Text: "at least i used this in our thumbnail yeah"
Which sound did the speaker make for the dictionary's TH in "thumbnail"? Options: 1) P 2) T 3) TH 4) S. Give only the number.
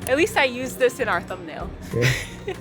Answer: 3